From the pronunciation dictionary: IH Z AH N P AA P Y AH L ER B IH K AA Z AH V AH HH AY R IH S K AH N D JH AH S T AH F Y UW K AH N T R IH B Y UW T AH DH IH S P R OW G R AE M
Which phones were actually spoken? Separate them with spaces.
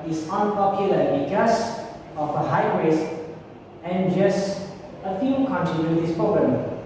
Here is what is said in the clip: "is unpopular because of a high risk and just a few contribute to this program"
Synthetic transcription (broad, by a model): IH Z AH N P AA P Y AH L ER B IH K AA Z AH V AH HH AY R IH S AH N JH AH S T AH F Y UW K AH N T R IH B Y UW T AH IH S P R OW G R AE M